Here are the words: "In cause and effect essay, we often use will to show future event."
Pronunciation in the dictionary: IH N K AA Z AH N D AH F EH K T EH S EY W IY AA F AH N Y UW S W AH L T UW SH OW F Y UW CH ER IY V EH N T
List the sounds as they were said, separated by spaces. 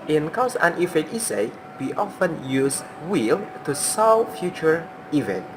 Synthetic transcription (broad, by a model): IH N K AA S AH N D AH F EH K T EH S EY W IY AA F AH N Y UW S W AH L T UW S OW F Y UW CH ER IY V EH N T